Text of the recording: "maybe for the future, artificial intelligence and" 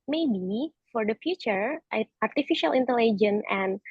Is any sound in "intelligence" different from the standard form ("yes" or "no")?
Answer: yes